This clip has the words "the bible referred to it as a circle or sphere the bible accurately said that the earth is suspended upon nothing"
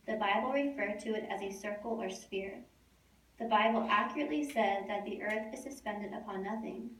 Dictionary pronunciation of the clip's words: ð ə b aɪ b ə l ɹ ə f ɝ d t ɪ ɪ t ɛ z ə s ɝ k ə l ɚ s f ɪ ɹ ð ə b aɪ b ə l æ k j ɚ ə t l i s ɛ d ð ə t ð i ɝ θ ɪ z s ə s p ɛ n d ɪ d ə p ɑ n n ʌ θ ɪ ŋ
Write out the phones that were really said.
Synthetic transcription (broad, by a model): ð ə b aɪ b l ɹ ə f ɝ d t ɪ ɪ t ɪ z ə s ɝ k l ɚ s f ɪ ɹ ð ə b aɪ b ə l æ k j ɚ ə t l i s ɛ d ð ə t ð i ɝ θ ɪ z s ə s p ɛ n d ɪ d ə p ɑ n n ʌ θ ɪ ŋ